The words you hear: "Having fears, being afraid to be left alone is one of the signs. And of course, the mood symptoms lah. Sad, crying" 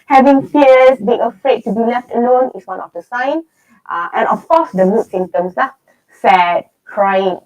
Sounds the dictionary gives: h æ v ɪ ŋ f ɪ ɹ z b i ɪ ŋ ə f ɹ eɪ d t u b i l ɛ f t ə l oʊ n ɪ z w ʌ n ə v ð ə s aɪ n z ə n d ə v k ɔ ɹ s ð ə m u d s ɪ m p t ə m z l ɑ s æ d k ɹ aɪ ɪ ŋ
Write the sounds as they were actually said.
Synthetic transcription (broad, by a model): h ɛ v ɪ ŋ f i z b i ɪ ŋ ə f ɹ eɪ d t u b i l ɛ f t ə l oʊ n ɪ s w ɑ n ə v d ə s aɪ n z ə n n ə f k ɔ s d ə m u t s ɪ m t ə m s l ɑ s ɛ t k ɹ aɪ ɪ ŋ